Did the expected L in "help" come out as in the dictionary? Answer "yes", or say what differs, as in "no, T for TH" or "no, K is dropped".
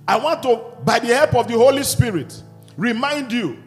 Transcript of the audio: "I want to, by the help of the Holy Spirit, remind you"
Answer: yes